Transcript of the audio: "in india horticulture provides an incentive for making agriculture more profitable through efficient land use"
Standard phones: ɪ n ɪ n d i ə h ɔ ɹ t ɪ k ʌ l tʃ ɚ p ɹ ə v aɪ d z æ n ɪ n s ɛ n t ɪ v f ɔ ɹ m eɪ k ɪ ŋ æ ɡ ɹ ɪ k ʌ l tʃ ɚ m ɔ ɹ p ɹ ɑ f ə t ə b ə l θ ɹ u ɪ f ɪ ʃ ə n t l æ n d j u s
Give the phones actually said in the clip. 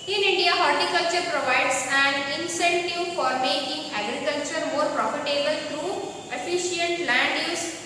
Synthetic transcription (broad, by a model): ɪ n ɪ n d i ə h ɔ ɹ t ɪ k ʌ l tʃ ɚ p ɹ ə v aɪ d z æ n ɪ n s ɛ n t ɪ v f ɔ ɹ m eɪ k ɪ ŋ æ ɡ ɹ ɪ k ʌ l tʃ ɚ m ɔ ɹ p ɹ ɑ f ə t ə b ə l t ɹ u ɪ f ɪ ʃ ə n t l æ n d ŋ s